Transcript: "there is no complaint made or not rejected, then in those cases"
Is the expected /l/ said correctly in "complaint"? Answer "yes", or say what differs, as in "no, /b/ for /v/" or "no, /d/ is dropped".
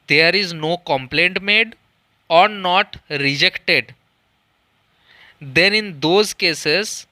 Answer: yes